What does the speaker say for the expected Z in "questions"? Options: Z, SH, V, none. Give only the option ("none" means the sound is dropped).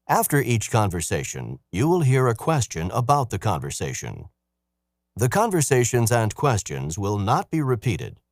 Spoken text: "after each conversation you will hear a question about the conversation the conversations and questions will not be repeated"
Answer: Z